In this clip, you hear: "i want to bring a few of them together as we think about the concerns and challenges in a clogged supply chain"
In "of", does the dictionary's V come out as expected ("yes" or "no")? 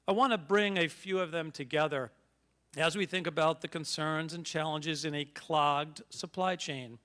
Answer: yes